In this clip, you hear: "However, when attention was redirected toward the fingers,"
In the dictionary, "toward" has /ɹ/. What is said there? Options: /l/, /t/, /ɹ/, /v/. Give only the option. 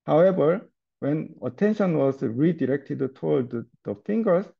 /l/